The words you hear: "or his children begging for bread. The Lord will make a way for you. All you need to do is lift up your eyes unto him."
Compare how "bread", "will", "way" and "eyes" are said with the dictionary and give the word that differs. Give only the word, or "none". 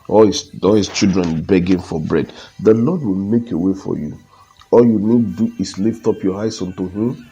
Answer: eyes